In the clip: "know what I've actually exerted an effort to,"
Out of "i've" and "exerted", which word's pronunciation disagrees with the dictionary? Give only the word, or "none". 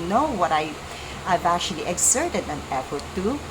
exerted